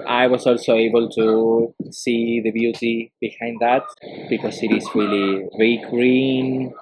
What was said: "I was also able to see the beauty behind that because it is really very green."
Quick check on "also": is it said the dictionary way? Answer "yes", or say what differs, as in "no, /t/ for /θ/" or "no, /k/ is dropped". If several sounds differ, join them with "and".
yes